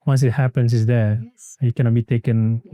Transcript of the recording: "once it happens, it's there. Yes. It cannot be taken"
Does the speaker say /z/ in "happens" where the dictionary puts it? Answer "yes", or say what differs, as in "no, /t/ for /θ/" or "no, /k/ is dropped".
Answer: no, /s/ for /z/